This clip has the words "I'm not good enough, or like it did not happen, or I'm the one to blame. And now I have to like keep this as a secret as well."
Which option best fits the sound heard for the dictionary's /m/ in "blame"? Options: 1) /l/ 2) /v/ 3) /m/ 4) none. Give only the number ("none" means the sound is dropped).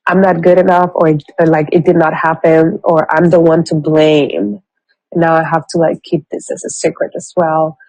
4